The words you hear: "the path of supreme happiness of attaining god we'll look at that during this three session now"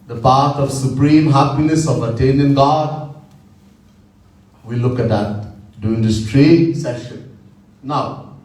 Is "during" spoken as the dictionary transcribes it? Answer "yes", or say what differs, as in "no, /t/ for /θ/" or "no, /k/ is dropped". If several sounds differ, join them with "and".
no, /ɹ/ is dropped